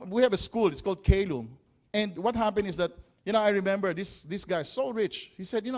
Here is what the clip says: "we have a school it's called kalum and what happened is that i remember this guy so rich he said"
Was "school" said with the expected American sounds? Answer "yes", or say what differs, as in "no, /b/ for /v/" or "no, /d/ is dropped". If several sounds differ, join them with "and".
yes